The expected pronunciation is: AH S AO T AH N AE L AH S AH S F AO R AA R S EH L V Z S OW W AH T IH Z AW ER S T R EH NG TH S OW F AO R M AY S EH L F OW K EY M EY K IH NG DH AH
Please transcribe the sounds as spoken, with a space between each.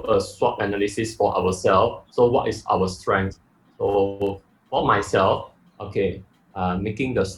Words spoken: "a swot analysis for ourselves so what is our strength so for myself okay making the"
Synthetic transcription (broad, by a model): AH S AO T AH N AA L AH S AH S F AO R AA W S EH L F S OW W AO T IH S AW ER S T R EH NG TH S OW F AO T M AY S EH L F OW K EY M EY K IH NG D AH